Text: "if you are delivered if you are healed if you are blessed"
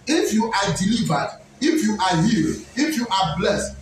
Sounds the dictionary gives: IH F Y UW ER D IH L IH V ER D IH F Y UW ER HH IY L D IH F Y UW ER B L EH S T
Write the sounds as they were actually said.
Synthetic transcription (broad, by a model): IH F Y UW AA D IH L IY V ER D IH F Y UW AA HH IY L IH F Y UW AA B L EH S T